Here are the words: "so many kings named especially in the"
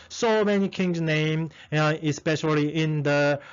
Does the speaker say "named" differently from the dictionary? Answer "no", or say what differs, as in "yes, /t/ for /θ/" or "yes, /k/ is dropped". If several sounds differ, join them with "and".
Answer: yes, /d/ is dropped